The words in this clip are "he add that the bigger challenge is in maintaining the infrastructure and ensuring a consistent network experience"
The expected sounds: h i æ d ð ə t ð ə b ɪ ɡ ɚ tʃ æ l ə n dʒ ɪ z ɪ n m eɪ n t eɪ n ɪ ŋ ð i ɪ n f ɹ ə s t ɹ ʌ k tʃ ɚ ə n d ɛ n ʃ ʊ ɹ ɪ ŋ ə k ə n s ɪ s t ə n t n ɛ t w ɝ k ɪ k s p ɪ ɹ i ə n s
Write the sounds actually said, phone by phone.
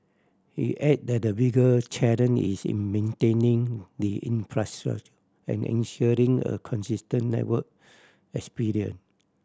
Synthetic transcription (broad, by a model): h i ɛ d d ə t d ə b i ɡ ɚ tʃ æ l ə n ɪ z ɪ n m eɪ n t eɪ n ɪ ŋ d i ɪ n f ɹ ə s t ɹ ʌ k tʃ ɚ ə n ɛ n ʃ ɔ ɹ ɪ ŋ ə k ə n s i s t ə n n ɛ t w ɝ k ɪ k s p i ɹ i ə n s